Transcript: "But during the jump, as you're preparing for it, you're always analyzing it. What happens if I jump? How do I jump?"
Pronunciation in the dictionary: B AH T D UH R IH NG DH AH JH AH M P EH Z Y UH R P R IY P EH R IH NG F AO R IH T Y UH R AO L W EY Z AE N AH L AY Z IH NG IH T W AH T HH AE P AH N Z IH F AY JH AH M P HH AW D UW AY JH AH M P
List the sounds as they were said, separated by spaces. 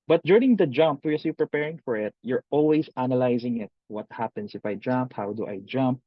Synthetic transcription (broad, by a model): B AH T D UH R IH NG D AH JH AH M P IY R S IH P R IY P EH R IH NG F AO R IH T Y UH R AO L W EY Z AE N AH L AY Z IH NG IH T W AH T HH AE P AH N S IH F AY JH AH M P HH AW D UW AY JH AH M P